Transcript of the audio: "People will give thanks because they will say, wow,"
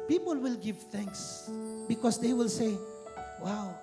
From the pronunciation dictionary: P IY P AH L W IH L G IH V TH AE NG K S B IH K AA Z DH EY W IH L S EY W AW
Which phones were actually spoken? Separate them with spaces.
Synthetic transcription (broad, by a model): P IY P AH L W IH L G IH V TH AE NG K S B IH K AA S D EY W IH L S EY W AW